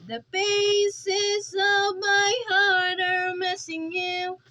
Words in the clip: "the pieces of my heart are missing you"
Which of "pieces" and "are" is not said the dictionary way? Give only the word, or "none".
pieces